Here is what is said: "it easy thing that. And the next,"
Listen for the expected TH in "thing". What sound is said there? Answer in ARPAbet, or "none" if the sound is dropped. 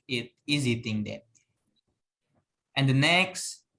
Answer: T